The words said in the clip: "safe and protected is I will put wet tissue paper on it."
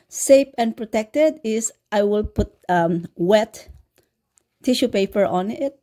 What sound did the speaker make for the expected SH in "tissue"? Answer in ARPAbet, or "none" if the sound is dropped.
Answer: SH